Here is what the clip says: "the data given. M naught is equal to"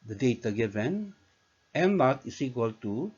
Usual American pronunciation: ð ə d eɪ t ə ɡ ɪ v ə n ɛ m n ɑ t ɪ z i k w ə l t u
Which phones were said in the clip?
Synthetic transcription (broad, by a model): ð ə d eɪ t ə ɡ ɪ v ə n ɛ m l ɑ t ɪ s i k w ə l t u